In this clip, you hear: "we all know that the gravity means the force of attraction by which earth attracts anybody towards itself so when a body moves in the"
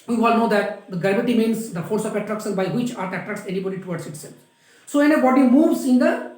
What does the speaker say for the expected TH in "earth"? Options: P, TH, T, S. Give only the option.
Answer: T